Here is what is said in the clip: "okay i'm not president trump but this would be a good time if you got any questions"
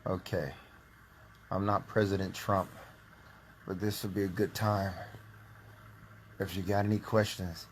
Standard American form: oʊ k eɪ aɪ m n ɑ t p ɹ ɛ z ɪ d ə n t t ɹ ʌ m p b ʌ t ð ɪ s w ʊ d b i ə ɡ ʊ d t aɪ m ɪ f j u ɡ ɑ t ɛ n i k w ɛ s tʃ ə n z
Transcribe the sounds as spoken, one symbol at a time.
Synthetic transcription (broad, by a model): oʊ k eɪ aɪ m n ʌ t p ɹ ɛ z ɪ d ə n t t ɹ ʌ m p b ʌ t ð ɪ s w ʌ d b i ə ɡ ʊ d t aɪ m ɪ f j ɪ ɡ ɑ t ɛ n i k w ɛ s tʃ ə n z